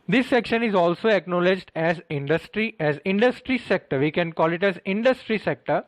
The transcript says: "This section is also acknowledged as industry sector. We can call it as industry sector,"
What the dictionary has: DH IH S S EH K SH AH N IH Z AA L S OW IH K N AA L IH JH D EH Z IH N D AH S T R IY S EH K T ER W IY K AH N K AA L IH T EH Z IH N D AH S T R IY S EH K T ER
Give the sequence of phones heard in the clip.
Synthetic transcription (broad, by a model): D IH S S EH K SH AH N IH Z AA L S OW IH K N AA L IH JH D EH Z IH N D AH S T R IY S EH K T ER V IY K AH N K AA L IH T EH Z IH N D AH S T R IY S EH K T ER